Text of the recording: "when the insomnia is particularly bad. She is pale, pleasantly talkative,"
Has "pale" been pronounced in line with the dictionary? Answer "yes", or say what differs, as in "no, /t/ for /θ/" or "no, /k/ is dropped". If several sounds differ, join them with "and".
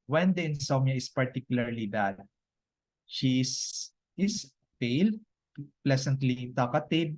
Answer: yes